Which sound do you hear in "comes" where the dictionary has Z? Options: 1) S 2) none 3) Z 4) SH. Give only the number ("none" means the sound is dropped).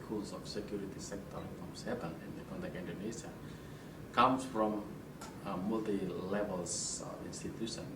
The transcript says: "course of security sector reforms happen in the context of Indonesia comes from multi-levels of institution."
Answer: 1